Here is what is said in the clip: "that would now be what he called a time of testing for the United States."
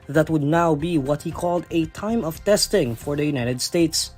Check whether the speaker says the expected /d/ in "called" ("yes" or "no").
yes